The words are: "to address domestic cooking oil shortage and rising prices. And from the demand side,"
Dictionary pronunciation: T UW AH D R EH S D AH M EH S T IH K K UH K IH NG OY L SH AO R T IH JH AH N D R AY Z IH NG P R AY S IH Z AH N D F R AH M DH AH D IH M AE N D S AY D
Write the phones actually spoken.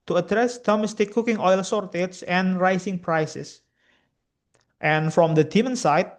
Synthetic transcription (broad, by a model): T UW AH D R EH S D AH M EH S T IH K K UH K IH NG OY L S AO R T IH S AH N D R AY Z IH NG P R AY S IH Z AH N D F R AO M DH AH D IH M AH N S AY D